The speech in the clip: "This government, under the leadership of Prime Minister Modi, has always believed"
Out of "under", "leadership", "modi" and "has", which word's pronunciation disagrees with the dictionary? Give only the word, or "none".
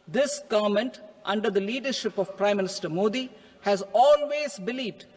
none